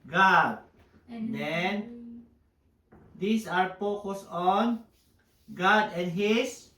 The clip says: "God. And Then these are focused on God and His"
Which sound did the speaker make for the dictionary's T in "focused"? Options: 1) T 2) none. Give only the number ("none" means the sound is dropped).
2